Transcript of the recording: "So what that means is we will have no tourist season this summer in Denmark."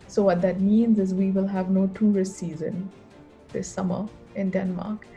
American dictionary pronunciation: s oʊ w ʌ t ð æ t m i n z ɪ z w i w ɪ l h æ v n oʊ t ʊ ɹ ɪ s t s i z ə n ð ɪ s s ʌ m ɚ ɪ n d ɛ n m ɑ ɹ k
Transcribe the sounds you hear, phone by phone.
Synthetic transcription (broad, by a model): s oʊ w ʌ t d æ t m i n z ɪ z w i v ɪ l h æ v n oʊ t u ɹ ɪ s s i z ə n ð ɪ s s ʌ m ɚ ɪ n d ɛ n m ɑ ɹ k